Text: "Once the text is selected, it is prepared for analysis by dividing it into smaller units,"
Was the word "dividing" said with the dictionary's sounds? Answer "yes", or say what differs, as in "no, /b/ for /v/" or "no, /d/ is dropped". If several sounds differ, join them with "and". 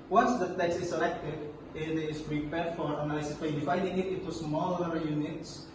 no, /f/ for /v/